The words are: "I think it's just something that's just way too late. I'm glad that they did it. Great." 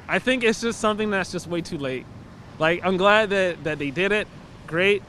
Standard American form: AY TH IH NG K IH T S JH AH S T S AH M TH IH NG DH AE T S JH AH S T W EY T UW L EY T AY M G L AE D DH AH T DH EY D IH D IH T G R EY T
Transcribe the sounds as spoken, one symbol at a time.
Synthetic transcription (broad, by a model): AY TH IH NG K IH T S JH AH S T S AH M TH IH NG DH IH T S JH AH S T W EY T UW L EY T AY M G L AE D DH AH T DH EY D IH D IH T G R EY T